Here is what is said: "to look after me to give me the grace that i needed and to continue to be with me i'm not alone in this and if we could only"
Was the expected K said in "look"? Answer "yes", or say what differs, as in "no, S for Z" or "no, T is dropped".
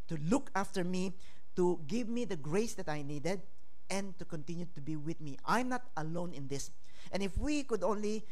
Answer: yes